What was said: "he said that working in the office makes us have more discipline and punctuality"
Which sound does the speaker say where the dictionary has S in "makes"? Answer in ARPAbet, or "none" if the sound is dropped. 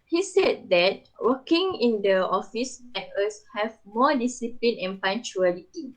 none